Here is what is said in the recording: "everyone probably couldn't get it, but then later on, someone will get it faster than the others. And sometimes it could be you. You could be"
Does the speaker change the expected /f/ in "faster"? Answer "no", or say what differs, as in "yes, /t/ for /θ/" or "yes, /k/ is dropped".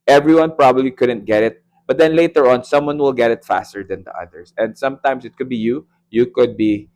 no